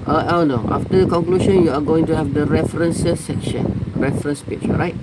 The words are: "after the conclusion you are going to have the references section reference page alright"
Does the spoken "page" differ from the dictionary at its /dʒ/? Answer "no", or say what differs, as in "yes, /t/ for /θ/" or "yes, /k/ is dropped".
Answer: yes, /tʃ/ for /dʒ/